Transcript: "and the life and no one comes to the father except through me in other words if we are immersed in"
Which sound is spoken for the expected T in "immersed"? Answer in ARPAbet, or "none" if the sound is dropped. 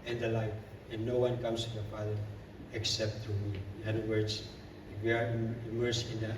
none